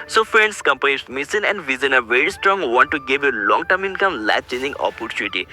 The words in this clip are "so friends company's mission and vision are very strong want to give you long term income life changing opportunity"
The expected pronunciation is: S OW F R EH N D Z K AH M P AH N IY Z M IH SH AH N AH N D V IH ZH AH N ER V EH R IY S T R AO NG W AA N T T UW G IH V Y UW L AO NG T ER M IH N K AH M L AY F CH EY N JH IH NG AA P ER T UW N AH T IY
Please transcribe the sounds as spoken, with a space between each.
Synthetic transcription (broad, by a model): S OW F R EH N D S K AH M P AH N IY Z M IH S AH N AH N D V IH Z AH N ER V EH R IY S T R AO NG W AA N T T UW G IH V Y UW L AO NG T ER M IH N K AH M L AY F CH EY N JH IH NG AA P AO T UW N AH T IY